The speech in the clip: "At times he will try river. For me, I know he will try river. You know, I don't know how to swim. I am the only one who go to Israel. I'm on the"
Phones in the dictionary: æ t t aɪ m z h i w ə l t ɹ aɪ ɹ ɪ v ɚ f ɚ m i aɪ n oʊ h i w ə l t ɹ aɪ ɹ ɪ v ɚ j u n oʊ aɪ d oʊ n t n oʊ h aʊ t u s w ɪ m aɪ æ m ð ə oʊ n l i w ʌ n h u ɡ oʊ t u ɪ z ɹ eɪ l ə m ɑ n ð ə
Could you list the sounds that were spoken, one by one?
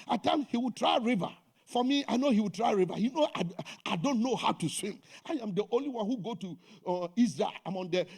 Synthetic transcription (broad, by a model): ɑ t t aɪ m h i w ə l t ɹ aɪ ɹ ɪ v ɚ f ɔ m i aɪ n oʊ h i w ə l t ɹ aɪ ɹ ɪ v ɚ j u n oʊ aɪ d oʊ n t n oʊ h aʊ t u s w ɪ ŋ aɪ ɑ m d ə oʊ n l i w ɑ n h u ɡ oʊ t u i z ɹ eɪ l ə m ɑ n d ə